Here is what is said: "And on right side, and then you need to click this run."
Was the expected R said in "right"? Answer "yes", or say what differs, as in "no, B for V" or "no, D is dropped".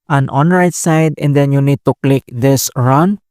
yes